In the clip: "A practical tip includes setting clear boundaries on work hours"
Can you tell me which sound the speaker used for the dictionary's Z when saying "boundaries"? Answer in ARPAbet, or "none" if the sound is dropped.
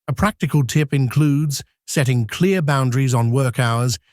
Z